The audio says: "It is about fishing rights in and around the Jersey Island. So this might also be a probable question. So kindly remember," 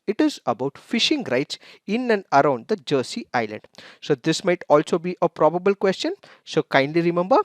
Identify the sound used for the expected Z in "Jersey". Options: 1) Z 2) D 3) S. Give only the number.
3